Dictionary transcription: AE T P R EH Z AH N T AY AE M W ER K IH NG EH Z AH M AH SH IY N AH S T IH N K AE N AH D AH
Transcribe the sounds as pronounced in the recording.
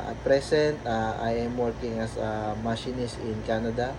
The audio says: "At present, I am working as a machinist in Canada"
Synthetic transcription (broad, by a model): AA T P R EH S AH N T AY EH M W ER K IH NG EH S AH M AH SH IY N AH S IH N K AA N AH D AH